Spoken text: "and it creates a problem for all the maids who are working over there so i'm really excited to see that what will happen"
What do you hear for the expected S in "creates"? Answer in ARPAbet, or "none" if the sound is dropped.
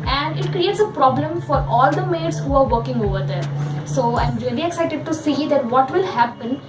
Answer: S